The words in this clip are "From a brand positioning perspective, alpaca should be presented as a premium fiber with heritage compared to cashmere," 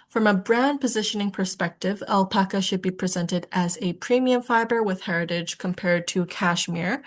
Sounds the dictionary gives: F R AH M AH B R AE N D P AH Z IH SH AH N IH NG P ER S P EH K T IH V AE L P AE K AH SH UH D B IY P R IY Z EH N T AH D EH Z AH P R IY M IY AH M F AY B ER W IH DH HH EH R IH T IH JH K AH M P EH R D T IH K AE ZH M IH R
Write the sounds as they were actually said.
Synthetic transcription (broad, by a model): F R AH M AH B R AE N P AH Z IH SH AH N IH NG P ER S P EH K T IH V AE L P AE K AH SH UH D B IY P R IY Z EH N T AH D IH Z AH P R IY M IY AH M F AY B ER W IH DH HH EH R IH T IH JH K AH M P EH R D T IH K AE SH M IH R